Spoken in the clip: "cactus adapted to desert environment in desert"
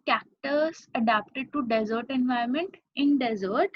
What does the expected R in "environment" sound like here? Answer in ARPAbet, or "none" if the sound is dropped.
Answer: none